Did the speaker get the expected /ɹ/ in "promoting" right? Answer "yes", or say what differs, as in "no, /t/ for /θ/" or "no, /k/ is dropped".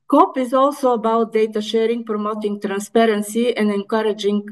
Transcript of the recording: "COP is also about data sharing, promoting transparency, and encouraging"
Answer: yes